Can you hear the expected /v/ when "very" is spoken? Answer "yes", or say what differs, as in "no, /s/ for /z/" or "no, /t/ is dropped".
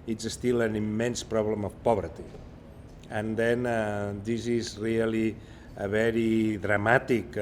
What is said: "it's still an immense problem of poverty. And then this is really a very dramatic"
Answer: no, /b/ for /v/